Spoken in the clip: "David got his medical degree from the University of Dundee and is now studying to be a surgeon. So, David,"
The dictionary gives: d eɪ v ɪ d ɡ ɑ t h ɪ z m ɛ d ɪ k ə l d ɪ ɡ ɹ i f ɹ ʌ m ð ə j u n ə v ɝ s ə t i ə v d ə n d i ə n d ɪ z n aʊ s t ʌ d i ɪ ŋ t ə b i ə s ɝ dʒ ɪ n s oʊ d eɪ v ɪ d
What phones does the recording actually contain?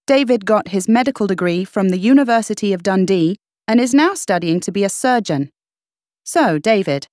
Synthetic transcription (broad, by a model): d eɪ v ɪ d ɡ ɑ t h ɪ z m ɛ d ɪ k ə l d ɪ ɡ ɹ i f ɹ ʌ m ð ə j u n ə v ɝ s ə t i ə v d ə n d i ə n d ɪ z n aʊ s t ʌ d i ɪ ŋ t ə b i ə s ɝ dʒ ɪ n s oʊ d eɪ v ɪ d